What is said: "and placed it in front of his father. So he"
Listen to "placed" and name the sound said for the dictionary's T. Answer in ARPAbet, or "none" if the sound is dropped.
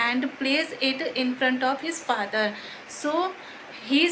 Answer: none